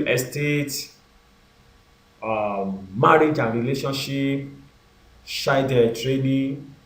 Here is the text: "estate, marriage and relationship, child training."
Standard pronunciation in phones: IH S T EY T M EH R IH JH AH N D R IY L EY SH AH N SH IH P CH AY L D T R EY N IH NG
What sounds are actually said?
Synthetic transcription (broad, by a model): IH S T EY T M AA R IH JH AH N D R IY L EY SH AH N SH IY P SH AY D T R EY N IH